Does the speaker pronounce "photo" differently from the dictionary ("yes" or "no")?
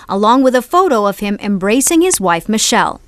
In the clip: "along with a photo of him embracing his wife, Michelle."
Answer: no